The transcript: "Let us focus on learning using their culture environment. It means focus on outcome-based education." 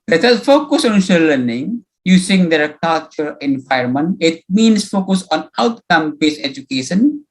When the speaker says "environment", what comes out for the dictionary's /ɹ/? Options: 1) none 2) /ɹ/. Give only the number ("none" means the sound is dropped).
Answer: 1